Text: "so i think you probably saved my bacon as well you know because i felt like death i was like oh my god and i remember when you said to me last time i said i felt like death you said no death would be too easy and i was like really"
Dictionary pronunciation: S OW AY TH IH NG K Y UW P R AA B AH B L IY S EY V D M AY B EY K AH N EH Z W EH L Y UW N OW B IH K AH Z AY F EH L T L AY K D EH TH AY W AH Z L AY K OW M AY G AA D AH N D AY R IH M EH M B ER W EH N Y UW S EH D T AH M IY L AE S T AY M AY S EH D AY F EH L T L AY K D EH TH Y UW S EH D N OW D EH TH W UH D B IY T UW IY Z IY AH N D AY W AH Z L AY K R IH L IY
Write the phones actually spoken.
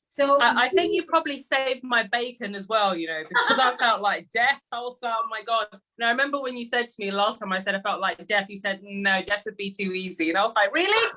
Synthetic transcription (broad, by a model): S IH AY TH IH NG K Y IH P R AA B AH B L IY S EY V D M AY B EY K AH N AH Z W EH L Y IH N OW B IH K AH Z AY F EH L T L AY K D EH TH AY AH L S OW M AY G AA D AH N AY R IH M EH M B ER W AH N Y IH S EH D T AH M IY L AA S T AY M AY S EH D AY F EH L T L AY K D EH TH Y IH S EH D N OW D EH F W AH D B IY T UW IY Z IY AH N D AY W AH Z L AY K R IH L IY